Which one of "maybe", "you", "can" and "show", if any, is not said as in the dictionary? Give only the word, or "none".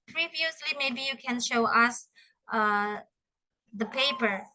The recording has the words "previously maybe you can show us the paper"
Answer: none